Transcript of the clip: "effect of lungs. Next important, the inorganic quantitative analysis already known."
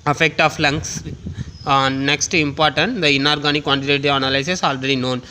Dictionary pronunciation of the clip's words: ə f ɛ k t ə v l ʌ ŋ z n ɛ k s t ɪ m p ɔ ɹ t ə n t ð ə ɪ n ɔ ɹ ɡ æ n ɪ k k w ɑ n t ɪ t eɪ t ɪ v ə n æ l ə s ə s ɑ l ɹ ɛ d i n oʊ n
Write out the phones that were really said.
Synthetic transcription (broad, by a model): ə f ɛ k t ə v l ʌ ŋ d n ɛ k s t ɪ m p ɔ ɹ t ə n t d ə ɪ n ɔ ɹ ɡ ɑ n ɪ k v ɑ n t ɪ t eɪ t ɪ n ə l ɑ ə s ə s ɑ l ɹ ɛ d i n oʊ n